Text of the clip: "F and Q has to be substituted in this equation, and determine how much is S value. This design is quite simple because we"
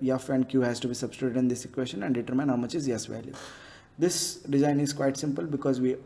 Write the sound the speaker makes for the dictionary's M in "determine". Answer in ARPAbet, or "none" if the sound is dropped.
M